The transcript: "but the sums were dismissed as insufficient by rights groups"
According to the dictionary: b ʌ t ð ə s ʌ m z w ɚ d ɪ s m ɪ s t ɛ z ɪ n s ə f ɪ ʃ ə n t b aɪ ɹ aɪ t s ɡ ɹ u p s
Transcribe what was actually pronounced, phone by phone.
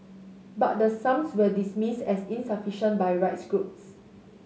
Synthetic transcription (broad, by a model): b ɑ t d ə s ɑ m s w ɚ d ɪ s m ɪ s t ɛ s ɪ n s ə f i ʃ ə n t b aɪ ɹ aɪ t s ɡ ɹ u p s